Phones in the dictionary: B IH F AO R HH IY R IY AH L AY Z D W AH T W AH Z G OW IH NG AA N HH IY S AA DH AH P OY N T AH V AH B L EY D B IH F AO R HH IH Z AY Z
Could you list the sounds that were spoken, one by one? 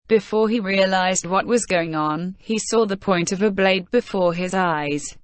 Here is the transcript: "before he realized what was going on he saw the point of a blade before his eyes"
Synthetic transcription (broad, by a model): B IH F AO R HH IY R IY AH L AY Z D W AH T W AH Z G OW IH NG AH N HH IY S AA DH AH P OY N T AH V AH B L EY D B IH F AO R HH IH Z AY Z